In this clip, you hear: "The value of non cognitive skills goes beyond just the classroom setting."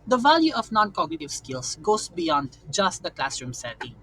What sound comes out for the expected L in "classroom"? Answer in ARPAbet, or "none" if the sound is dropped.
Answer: L